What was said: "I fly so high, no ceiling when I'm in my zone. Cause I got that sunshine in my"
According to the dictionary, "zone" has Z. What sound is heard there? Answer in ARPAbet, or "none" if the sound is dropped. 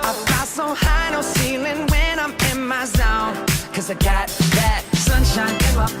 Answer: Z